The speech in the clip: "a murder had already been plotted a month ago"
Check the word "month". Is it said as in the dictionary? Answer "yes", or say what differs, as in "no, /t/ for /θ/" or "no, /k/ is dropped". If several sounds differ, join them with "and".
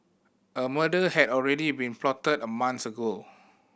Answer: no, /s/ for /θ/